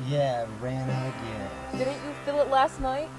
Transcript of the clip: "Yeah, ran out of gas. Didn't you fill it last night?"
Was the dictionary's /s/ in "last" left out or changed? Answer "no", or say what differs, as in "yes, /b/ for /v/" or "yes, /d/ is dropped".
no